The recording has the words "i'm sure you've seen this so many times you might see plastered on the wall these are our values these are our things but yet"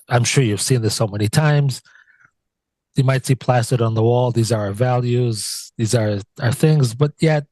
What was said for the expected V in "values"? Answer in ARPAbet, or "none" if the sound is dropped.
V